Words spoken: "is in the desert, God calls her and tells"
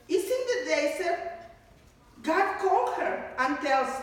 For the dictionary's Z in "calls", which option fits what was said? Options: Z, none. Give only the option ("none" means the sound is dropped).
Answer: none